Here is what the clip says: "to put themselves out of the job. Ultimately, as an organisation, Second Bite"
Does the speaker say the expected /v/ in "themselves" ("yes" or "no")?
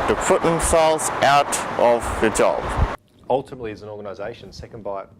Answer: no